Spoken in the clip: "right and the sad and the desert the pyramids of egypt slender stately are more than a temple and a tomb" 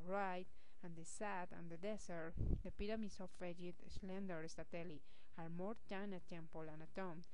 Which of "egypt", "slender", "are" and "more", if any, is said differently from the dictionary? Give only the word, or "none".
egypt